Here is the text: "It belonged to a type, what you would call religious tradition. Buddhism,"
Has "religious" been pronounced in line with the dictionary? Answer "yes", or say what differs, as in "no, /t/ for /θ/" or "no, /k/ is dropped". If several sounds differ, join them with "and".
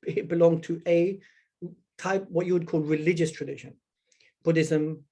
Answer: yes